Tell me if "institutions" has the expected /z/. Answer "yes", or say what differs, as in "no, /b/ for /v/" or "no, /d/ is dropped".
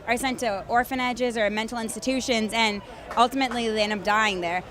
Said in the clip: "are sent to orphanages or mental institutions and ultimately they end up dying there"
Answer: yes